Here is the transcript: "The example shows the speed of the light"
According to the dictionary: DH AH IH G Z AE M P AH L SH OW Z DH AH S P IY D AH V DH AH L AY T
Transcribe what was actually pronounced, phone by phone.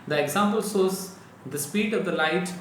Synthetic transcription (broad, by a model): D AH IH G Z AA M P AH L S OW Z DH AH S P IY D AH V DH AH L AY T